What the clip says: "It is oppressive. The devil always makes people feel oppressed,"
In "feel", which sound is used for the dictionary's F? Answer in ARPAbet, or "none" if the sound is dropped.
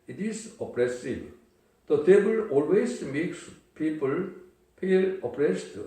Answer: P